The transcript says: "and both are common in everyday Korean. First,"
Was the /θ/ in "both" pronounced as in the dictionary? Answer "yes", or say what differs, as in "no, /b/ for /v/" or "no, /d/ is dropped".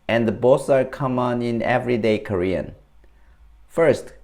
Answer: no, /s/ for /θ/